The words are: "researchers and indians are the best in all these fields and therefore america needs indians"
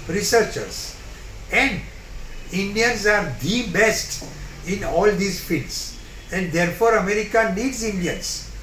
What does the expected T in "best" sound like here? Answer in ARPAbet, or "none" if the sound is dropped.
T